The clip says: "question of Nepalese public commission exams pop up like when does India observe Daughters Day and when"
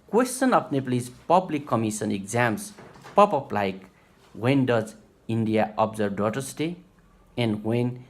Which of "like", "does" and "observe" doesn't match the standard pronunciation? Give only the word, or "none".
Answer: observe